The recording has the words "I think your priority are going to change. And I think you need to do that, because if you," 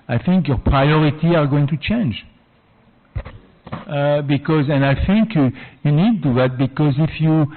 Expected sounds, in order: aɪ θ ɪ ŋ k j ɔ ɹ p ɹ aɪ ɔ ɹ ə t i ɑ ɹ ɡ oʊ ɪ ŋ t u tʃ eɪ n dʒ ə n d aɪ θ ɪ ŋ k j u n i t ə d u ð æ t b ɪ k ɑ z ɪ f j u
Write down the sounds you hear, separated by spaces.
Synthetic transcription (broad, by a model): aɪ θ ɪ ŋ k j ɔ ɹ p ɹ aɪ ɔ ɹ ə t i ɑ ɹ ɡ oʊ ɪ ŋ t u tʃ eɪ n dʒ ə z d aɪ θ ɪ ŋ k j u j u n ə d u ð æ t b ɪ k ɑ z ɪ f j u